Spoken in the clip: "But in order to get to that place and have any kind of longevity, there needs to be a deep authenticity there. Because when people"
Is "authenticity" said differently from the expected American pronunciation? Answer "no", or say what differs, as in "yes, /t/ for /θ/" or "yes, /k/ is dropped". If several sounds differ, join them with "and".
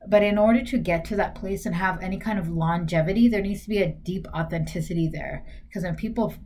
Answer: no